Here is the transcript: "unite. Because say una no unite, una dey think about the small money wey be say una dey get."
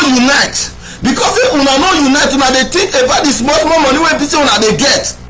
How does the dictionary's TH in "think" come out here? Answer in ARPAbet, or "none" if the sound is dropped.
T